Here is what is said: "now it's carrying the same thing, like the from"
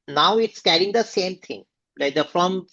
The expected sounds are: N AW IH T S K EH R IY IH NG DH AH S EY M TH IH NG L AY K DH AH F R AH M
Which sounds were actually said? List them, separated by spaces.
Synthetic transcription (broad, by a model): N AW IH T S K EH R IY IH NG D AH S EY M T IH NG L AY K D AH F R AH M